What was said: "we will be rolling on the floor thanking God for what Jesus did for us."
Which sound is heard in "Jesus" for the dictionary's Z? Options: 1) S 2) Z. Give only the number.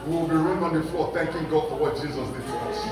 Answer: 2